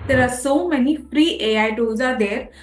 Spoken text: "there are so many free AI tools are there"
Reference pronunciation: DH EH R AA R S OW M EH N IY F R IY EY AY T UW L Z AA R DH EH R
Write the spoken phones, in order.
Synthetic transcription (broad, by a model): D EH R AA R S OW M EH N IY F R IY EY AY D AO Z AA R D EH R